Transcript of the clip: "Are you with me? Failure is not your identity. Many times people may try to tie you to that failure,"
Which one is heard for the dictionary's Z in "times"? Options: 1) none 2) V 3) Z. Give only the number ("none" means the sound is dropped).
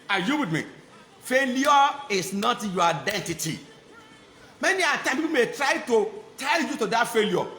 1